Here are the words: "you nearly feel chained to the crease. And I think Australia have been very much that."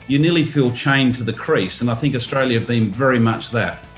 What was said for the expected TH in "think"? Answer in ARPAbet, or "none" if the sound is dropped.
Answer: TH